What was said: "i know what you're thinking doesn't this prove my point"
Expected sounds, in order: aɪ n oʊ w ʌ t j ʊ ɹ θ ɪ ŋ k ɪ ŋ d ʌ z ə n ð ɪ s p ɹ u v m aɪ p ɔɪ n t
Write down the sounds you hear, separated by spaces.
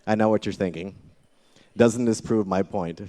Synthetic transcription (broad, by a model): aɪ n oʊ w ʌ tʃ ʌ ɹ θ ɪ ŋ k ɪ ŋ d ʌ z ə n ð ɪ s p ɹ u v m aɪ p ɔɪ n t